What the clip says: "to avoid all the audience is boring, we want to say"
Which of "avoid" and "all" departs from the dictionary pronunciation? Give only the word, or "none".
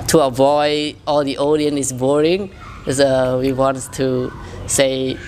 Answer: none